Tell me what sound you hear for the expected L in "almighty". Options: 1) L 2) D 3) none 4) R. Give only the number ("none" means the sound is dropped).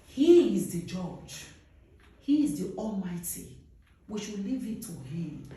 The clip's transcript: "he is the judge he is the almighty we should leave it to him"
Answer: 1